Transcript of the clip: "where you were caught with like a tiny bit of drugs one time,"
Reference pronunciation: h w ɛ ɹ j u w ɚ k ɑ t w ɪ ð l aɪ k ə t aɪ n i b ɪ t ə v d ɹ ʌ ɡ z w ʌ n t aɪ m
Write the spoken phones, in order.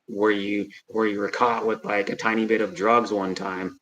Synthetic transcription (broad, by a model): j w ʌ ɹ j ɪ w ɚ k ɑ t w ɪ ð l aɪ k ə t aɪ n i b ɪ t ə v d ɹ ʌ ɡ z w ʌ n t aɪ m